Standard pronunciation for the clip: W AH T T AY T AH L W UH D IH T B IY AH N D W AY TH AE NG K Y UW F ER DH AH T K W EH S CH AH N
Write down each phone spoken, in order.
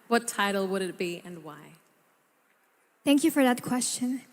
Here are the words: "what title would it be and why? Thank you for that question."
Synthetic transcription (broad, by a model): W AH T T AY T L W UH D IH T B IY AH N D W AY TH AE NG K Y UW F ER DH AH T K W EH S CH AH N